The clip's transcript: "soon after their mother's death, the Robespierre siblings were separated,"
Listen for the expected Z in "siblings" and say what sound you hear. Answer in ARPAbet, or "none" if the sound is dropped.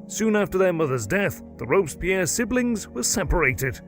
Z